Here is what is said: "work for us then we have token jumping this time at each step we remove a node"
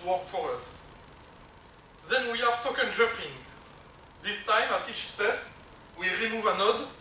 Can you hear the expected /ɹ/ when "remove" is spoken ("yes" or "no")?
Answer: yes